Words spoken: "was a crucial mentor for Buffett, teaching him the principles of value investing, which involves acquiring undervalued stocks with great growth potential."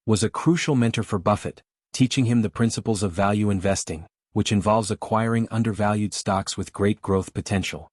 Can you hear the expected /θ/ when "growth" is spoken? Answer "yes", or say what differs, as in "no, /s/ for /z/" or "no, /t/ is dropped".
yes